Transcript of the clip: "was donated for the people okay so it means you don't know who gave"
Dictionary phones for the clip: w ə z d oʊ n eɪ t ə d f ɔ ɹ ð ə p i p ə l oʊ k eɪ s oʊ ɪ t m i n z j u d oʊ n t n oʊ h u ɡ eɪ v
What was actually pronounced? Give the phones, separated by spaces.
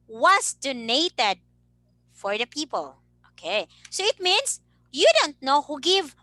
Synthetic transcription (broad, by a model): w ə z d oʊ n eɪ t ə d f ɔ ɹ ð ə p i p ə l oʊ k eɪ s oʊ ɪ t m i n s j u d oʊ n t n oʊ h u ɡ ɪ v